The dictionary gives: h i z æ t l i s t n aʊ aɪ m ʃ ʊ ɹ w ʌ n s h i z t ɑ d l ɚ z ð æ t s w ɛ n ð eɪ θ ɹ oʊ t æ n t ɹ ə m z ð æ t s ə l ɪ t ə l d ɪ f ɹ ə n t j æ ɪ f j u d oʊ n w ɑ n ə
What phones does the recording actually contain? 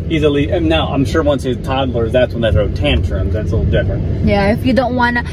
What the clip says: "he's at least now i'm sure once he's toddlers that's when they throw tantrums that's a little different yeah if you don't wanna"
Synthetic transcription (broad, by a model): i z l i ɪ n n aʊ aɪ m ʃ ʊ ɹ w ʌ n s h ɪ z t ɑ d l ɚ z ð æ t s w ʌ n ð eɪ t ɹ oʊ t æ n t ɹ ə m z ð æ t s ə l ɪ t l d ɪ f ɹ ə n t j æ ɪ f j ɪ d oʊ n w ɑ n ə